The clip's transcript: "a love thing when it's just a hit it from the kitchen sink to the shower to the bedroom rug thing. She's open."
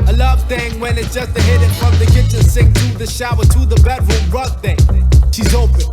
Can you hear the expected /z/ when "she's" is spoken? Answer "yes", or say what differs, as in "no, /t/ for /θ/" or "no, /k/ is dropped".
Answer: yes